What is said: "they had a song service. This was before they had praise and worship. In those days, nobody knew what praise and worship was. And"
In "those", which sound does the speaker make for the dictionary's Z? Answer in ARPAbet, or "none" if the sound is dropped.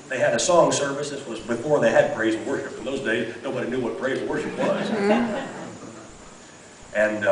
Z